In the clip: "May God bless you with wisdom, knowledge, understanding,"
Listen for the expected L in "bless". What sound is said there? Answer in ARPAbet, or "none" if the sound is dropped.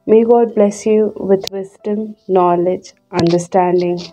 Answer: L